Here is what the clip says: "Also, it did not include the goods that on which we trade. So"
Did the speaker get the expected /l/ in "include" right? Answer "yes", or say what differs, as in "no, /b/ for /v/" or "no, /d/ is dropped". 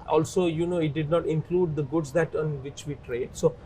yes